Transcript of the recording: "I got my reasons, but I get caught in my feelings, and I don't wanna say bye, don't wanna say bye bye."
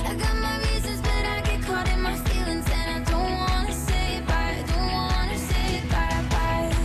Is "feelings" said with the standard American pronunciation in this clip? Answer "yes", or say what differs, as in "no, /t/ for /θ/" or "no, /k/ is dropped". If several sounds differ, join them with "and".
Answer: yes